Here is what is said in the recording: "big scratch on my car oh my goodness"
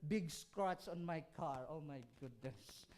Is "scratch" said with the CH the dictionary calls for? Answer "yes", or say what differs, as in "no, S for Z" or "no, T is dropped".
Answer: no, S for CH